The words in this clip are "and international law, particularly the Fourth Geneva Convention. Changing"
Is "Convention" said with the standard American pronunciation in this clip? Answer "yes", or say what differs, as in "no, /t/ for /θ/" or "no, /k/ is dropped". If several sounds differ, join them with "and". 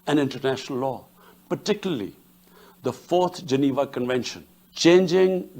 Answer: yes